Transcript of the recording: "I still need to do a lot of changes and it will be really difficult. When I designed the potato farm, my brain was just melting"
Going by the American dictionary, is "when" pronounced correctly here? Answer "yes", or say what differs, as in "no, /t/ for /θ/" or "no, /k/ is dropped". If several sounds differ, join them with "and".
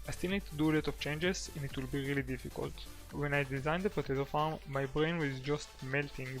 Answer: yes